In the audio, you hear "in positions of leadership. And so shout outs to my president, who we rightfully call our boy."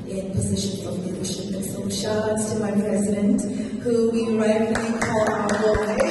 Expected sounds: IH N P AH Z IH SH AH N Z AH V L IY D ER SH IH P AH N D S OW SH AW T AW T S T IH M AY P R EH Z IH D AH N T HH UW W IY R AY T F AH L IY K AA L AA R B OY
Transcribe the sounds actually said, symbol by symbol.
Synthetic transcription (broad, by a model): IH N P AH Z IH SH AH N Z AH V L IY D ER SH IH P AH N S OW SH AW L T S T IH M AY P R EH Z IH D AH N T HH UW W IY R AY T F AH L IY K AA L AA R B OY